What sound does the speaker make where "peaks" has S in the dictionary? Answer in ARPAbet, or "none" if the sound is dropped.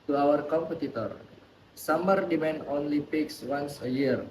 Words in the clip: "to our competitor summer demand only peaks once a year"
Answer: S